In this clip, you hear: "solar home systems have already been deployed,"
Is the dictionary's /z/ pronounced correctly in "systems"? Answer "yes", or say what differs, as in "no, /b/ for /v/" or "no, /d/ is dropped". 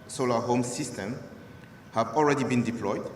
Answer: no, /z/ is dropped